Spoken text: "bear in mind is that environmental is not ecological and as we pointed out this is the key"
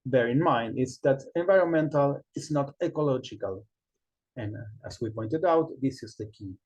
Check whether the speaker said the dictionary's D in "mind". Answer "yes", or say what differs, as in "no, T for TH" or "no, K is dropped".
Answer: yes